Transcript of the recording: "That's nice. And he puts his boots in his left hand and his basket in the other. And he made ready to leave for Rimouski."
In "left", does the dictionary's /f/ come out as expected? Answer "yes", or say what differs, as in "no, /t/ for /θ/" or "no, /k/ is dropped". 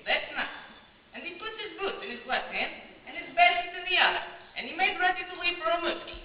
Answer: no, /f/ is dropped